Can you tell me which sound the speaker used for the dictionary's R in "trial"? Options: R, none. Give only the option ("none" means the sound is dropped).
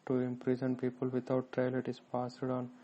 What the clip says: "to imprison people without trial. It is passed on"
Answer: R